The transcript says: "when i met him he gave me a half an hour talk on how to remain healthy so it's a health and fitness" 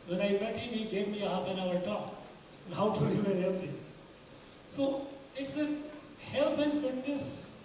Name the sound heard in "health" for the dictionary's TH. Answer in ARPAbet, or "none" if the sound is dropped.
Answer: T